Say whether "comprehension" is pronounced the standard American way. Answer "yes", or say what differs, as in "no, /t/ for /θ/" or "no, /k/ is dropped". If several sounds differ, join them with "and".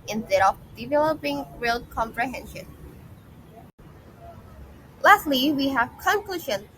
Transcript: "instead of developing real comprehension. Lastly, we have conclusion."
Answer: yes